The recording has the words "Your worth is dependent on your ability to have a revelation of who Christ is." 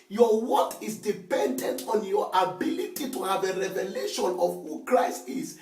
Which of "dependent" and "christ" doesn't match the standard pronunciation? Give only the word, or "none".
none